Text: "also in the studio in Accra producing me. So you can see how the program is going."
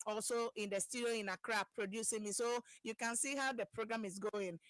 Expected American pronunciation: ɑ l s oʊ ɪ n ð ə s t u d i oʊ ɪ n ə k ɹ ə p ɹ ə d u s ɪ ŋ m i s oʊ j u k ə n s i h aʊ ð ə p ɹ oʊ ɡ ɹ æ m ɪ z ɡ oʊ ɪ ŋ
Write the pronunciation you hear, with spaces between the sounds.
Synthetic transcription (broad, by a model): ɑ l s oʊ ɪ n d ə s t u d i oʊ ɪ n ə k ɹ ə p ɹ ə d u s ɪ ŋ m i s oʊ j u k ə n s i h aʊ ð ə p ɹ oʊ ɡ ɹ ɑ m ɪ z ɡ oʊ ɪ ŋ